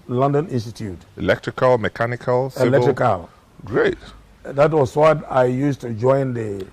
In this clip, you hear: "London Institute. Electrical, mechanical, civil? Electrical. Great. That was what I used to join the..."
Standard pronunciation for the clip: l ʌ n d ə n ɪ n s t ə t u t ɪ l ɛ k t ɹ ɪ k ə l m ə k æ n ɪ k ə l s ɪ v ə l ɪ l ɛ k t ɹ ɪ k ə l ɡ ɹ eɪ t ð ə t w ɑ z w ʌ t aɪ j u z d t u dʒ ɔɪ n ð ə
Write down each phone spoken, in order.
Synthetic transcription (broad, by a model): l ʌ n d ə n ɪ n s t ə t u t ɪ l ɛ k t ɹ ɪ k ə l m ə k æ n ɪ k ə l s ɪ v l l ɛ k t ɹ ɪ k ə l ɡ ɹ eɪ t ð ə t w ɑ s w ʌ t aɪ j u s t u dʒ ɔɪ n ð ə